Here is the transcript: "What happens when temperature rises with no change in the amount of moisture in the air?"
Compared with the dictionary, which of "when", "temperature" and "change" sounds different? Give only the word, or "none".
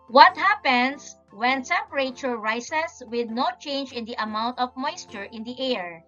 temperature